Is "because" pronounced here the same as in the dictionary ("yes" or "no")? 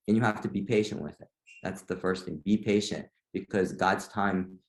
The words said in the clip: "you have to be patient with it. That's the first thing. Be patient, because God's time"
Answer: yes